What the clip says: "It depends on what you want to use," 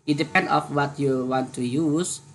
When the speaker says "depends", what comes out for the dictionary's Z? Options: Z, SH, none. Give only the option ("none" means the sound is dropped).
none